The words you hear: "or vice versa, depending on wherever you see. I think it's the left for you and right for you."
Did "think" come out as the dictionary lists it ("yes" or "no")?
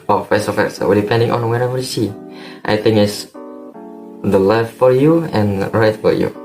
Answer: no